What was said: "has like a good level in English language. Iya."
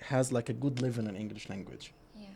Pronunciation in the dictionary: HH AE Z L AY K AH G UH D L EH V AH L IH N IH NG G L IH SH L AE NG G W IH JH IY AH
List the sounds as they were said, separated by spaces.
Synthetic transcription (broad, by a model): HH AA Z L AY K AH G UH D L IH V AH N IH N IH NG G L IH SH L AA NG G W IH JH